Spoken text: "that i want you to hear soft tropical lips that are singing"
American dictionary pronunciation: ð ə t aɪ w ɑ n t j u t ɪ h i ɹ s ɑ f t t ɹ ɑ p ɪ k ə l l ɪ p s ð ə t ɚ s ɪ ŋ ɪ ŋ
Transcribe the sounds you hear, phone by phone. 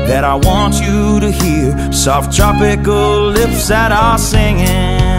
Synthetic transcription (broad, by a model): ð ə t aɪ w ɑ n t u t ɪ h i ɹ s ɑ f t t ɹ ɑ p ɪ k l l ɪ f s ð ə t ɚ s ɪ ŋ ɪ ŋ